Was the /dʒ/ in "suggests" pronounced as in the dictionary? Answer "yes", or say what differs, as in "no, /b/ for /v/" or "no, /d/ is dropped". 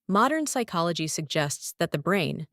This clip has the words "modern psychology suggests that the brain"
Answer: yes